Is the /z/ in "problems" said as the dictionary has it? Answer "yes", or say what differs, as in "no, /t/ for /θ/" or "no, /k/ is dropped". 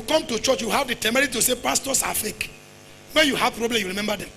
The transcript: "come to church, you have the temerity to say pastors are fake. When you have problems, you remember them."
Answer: no, /z/ is dropped